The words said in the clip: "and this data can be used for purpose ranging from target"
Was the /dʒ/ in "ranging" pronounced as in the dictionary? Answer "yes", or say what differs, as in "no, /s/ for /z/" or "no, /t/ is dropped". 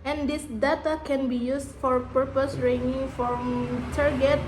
no, /dʒ/ is dropped